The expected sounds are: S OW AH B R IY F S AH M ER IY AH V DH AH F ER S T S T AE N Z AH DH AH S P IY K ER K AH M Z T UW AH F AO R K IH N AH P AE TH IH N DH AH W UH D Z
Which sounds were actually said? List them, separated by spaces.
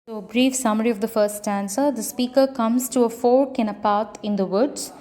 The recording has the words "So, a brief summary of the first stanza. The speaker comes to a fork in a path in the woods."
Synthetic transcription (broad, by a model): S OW AH B R IY F S AH M ER IY AH V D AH F ER S T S T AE N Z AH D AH S P IY K ER K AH M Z T UW AH F AO R K IH N AH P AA T IH N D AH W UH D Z